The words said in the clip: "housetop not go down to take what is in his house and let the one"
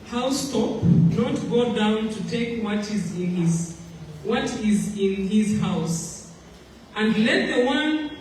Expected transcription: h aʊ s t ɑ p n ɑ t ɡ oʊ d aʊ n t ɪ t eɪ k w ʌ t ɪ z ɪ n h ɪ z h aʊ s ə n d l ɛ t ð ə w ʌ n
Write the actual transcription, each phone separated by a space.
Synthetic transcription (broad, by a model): h aʊ s t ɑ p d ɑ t ɡ oʊ d aʊ n t ɪ t eɪ k w ʌ t ɪ z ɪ n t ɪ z h aʊ s ə n d l ɛ t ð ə w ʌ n